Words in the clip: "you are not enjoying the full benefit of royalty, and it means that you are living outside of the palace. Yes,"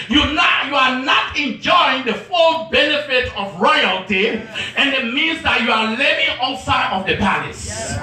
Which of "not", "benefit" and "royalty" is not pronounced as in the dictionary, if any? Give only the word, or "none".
none